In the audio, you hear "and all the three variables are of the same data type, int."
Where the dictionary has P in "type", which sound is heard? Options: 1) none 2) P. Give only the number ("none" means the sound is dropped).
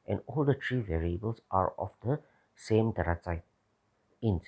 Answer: 1